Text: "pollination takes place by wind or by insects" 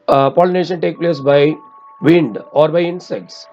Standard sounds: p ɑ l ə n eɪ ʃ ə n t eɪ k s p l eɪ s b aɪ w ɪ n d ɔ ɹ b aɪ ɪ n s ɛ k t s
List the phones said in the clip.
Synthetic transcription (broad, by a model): p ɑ l n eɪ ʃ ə n t eɪ k p l eɪ s b aɪ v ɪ n d ɔ ɹ b aɪ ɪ n s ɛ k t s